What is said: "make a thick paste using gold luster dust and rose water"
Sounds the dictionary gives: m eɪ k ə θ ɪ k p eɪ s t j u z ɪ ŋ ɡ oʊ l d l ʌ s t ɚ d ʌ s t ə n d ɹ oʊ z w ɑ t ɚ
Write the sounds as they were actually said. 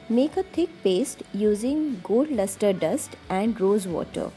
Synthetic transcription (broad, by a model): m eɪ k ə t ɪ k p eɪ s t j u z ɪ ŋ ɡ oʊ d l ʌ s t ɚ d ʌ s t ə n d ɹ oʊ z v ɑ t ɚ